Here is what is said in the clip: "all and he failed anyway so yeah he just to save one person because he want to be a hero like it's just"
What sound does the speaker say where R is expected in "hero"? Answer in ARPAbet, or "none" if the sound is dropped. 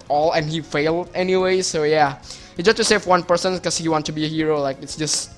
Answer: R